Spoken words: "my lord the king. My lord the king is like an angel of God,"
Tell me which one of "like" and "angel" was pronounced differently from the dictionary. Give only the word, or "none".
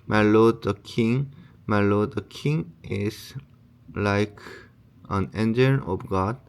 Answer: angel